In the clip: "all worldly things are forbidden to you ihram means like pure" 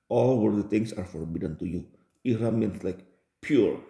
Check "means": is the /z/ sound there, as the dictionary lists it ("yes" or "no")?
no